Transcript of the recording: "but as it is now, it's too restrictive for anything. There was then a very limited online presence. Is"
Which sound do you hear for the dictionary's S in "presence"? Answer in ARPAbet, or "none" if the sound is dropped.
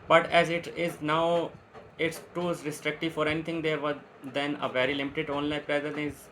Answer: none